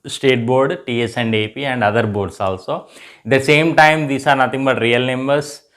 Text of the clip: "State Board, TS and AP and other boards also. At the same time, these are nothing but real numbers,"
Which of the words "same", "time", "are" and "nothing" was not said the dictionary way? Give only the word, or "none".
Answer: nothing